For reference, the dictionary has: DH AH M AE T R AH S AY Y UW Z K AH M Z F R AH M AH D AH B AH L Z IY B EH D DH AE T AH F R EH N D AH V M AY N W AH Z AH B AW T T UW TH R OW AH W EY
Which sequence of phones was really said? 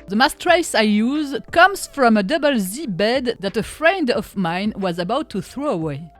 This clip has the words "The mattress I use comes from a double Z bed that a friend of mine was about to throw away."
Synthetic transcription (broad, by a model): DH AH M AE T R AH S AY Y UW Z K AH M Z F R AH M AH D AH B AH L Z IY B EH D DH AE T AH F R EH N D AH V M AY N W AH Z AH B AW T T UW TH R OW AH W EY